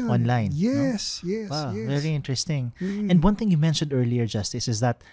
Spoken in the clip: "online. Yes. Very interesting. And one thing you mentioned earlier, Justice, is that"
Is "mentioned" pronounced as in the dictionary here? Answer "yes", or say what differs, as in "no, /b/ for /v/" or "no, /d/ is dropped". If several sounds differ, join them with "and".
yes